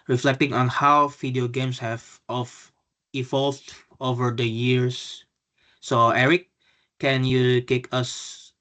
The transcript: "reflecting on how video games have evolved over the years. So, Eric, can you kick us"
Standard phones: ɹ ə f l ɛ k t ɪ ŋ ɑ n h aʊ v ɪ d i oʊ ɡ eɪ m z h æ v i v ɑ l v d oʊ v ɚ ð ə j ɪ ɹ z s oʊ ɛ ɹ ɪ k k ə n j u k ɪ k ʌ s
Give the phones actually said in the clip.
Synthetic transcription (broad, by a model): ɹ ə f l ɛ k t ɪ ŋ ɑ n h aʊ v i d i oʊ ɡ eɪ m s h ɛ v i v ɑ l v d oʊ v ɚ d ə j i ɹ s oʊ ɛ ɹ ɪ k k ə n j u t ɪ k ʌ s